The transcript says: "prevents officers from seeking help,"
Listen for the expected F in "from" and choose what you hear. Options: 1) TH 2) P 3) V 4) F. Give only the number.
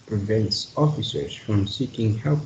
4